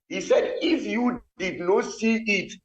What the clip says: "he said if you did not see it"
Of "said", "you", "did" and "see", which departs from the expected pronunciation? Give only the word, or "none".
none